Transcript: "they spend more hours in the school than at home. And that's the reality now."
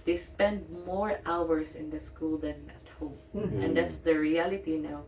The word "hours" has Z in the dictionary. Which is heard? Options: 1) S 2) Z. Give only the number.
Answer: 1